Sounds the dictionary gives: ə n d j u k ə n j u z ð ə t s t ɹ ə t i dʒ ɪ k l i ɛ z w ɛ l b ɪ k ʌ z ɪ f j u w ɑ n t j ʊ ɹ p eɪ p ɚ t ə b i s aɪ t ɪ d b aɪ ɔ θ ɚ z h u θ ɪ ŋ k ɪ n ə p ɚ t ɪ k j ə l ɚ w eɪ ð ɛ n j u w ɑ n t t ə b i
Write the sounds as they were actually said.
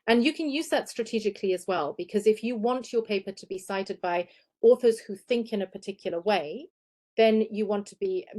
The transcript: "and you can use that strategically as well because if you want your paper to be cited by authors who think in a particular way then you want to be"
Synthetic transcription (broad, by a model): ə n j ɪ k ə n j u z ð ə t s t ɹ ə t i dʒ ɪ k l i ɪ z w ɛ l b ɪ k ʌ z ɪ f j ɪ w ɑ n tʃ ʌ ɹ p eɪ p ɚ t ə b i s aɪ t ɪ d b aɪ ɔ θ ɚ z h u θ ɪ ŋ k ɪ n ə p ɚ t ɪ k j l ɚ w eɪ ð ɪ n j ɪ w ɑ n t t ə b i